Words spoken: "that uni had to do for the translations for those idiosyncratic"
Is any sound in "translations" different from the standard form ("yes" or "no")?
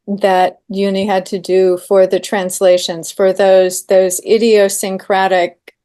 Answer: no